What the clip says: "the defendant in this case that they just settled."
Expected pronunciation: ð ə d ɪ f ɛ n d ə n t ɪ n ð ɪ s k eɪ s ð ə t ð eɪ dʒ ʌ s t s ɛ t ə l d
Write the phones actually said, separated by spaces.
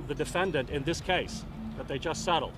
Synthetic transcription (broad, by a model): ð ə d ɪ f ɛ n d ə n t ɪ n ð ɪ s k eɪ s ð ə t ð eɪ dʒ ʌ s t s ɛ t l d